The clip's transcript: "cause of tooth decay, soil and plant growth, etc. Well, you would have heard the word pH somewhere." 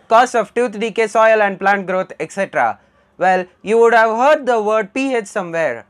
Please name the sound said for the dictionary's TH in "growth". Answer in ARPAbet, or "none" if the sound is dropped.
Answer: T